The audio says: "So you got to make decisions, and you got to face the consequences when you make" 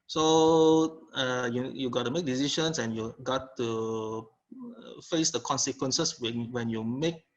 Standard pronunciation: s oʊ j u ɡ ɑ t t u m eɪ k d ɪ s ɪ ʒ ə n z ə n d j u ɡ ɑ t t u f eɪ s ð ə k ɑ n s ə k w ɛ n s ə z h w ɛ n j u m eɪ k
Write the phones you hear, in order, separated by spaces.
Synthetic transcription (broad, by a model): s oʊ j u ɡ ɑ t t u m eɪ k d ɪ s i ʃ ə n s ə n j u ɡ ɑ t t u f eɪ s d ə k ɑ n s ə k w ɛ n s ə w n w ɛ n j u m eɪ k